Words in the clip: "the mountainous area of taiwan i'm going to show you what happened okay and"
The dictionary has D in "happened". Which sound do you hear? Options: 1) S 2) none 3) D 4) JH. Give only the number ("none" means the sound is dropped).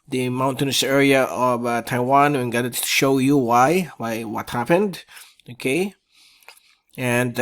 3